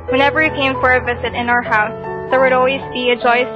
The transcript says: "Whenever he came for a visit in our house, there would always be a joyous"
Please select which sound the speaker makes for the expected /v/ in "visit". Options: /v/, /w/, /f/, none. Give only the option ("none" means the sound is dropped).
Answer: /v/